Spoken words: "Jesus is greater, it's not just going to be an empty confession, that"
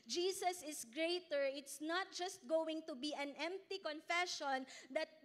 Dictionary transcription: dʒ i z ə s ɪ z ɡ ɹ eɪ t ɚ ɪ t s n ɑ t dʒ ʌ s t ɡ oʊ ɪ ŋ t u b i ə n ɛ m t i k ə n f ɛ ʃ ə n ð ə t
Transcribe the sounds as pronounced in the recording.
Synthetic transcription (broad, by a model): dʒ i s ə s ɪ s ɡ ɹ eɪ t ɚ ɪ t s n ɑ t dʒ ʌ s t ɡ oʊ ɪ ŋ t u b i ə n ɛ m t i k ə n f ɛ ʃ ə n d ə t